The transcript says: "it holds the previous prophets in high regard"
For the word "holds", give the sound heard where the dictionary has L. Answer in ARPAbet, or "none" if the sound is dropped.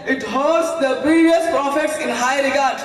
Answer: none